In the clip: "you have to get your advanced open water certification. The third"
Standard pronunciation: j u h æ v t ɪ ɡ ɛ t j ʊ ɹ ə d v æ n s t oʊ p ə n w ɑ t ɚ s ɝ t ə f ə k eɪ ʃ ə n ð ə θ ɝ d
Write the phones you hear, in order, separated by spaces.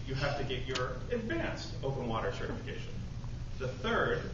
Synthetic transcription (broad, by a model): j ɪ h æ f t ɪ ɡ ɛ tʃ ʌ ɹ ə d v æ n s t oʊ p ə n w ɑ t ɚ s ɝ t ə f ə k eɪ ʃ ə n ð ə θ ɝ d